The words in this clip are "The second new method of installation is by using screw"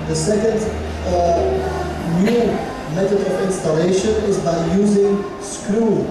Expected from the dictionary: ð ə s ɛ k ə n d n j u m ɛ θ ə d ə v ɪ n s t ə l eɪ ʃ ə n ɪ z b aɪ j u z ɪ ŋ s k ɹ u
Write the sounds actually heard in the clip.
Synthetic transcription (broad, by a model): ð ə s ɛ k ə n d n j u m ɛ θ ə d ə v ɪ n s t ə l eɪ ʃ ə n ɪ z b aɪ j u z ɪ ŋ s k ɹ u